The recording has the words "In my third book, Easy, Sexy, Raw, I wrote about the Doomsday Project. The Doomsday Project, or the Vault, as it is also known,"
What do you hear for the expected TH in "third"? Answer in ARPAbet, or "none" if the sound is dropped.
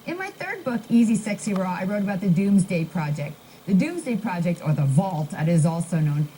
TH